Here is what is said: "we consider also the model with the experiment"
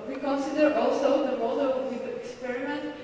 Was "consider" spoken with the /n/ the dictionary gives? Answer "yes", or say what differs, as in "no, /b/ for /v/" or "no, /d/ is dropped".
yes